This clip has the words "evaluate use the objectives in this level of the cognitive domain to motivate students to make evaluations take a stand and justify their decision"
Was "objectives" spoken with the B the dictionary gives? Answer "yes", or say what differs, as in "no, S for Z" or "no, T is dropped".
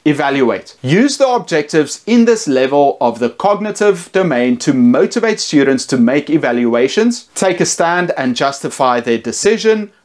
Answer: yes